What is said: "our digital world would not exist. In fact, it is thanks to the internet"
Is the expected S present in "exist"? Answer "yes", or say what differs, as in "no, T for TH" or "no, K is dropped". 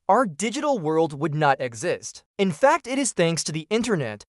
yes